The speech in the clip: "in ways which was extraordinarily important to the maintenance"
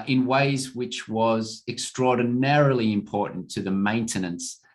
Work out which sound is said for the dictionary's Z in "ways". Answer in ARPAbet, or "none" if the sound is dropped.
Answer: Z